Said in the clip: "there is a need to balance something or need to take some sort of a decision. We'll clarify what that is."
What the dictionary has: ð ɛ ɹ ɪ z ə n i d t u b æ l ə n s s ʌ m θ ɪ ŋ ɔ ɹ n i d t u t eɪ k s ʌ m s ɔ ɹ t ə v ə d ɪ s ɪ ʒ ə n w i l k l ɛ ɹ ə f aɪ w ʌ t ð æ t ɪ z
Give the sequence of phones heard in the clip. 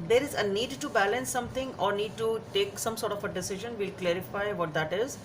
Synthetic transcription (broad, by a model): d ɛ ɹ ɪ z ə n i d t u b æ l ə n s s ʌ m t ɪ ŋ ɔ ɹ n i d t u t eɪ k s ʌ m s ɔ ɹ t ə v ə d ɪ s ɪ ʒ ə n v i l k l ɛ ɹ ə f aɪ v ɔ t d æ t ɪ z